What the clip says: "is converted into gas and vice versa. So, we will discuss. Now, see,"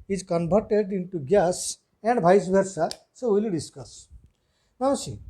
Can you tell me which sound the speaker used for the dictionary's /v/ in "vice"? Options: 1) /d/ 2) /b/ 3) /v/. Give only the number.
2